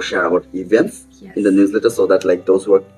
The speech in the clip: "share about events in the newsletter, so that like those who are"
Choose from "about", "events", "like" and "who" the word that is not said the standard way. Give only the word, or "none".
about